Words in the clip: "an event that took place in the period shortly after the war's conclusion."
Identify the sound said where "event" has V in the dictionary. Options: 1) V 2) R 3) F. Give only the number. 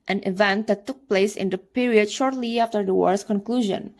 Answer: 1